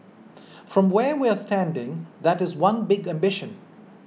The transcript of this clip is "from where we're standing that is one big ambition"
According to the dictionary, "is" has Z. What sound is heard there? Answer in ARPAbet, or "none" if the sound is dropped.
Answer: Z